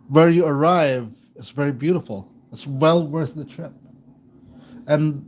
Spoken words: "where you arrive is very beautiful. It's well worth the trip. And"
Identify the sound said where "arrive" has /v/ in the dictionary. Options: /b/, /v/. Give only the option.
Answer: /v/